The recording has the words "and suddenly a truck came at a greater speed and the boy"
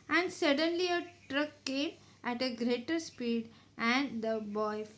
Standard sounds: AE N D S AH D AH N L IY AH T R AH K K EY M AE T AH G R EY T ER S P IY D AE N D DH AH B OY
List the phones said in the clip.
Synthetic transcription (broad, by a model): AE N D S AH D AH N L IY AH T R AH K K EY M AE T AH G R EY T ER S P IY D AE N D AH B OY